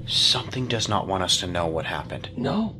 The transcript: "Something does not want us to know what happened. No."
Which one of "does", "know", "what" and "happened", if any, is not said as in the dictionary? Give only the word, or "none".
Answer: none